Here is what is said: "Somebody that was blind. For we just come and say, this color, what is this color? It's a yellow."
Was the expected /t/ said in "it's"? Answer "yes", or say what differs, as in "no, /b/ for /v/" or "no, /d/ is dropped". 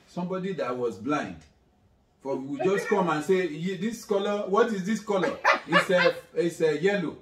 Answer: no, /s/ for /t/